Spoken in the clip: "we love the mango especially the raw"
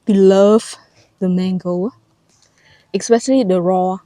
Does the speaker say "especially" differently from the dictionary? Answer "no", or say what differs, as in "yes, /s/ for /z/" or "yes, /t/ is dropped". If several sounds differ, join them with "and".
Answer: yes, /s/ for /ʃ/